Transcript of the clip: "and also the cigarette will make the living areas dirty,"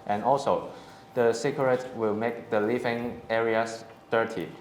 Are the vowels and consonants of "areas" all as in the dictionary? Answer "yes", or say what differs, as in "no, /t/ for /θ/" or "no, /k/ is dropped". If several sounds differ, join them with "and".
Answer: no, /s/ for /z/